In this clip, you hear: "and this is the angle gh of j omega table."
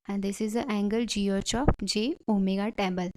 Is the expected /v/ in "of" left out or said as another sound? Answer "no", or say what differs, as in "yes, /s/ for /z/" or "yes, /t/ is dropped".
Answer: yes, /p/ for /v/